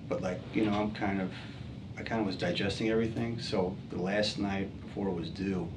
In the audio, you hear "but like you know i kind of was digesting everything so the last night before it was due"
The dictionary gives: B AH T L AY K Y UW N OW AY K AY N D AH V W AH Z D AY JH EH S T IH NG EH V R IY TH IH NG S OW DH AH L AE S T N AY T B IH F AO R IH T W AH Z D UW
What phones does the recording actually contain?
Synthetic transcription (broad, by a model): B AH T L AY K Y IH N OW AY K AY N D AH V W AH Z D AY JH EH S T IH NG EH V R IY TH IH NG S OW DH AH L AE S T N AY T B IH F AO R IH T W AH Z D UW